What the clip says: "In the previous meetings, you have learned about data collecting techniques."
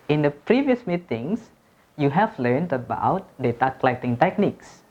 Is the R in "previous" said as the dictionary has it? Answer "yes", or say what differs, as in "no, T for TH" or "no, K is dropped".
yes